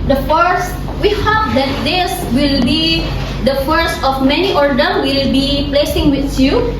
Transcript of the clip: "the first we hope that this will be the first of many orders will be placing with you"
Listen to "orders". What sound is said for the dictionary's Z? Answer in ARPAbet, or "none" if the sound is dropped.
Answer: none